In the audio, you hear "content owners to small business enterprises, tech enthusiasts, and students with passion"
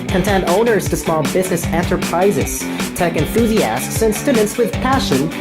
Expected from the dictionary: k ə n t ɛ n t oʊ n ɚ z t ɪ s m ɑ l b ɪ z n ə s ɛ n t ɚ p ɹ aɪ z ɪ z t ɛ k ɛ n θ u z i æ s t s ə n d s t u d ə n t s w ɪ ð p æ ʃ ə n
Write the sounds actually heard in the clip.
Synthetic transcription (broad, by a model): k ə n t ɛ n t oʊ n ɚ z t ɪ s m ɑ l b ɪ z n ə s ɛ n t ɚ p ɹ aɪ z ɪ z t ɛ k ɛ n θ u z i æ s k s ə n s t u d n t s w ɪ ð p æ ʃ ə n